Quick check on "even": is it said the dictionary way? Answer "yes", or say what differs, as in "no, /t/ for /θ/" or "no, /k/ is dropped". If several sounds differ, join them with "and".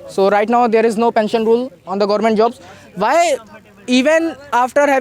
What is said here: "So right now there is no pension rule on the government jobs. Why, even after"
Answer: yes